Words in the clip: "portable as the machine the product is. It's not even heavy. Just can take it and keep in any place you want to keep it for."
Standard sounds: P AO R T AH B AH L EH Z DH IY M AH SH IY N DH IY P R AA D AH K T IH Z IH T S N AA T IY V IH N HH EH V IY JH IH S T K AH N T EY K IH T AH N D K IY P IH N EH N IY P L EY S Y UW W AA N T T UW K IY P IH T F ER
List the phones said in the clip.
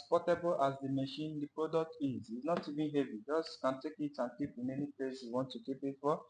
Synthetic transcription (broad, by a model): P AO T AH B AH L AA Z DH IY M AH SH IY N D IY P R AA D AH K T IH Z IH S N AA T IY V IH N HH EH V IY JH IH S K AH N T EY K IH T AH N K IY P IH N EH N IY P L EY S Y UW W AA N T T UW K IY P IH T F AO